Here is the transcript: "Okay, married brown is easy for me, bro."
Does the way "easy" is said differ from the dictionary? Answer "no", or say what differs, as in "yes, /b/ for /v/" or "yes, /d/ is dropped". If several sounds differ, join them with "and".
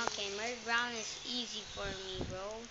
no